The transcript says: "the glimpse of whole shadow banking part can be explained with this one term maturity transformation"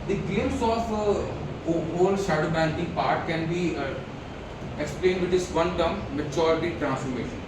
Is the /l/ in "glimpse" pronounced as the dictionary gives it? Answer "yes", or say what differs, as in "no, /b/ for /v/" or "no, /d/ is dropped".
no, /l/ is dropped